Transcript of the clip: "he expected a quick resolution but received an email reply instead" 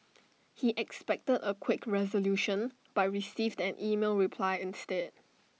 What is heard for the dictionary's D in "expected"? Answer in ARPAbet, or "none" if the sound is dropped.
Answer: D